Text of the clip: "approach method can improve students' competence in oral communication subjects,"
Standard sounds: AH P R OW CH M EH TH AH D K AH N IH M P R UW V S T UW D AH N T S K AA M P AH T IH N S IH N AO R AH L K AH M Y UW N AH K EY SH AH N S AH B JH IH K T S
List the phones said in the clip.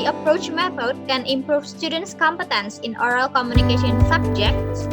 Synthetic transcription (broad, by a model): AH P R OW CH M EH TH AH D K AH N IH M P R UW F S T UW D AH N T S K AA M P AH T IH N S IH N AO R AH L K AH M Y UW N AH K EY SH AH N S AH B JH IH K T S